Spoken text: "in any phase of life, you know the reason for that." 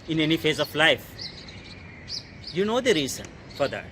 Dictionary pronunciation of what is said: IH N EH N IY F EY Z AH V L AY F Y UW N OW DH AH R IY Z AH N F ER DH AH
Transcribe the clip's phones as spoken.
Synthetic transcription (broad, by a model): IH N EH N IY F EY Z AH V L AY F Y UW N OW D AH R IY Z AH N F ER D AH